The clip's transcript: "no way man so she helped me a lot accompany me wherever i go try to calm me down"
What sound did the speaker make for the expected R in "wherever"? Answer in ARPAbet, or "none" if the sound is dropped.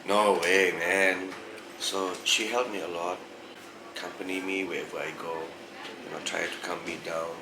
W